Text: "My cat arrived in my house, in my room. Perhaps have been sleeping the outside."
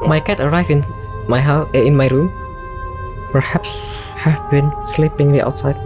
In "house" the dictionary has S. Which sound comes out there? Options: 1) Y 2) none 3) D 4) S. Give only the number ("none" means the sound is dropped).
2